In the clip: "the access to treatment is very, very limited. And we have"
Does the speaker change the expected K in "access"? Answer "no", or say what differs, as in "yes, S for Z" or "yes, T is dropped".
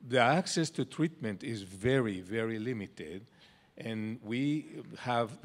no